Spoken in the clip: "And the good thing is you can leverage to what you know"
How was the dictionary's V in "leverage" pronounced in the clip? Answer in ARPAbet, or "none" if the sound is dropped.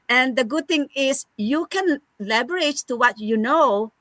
B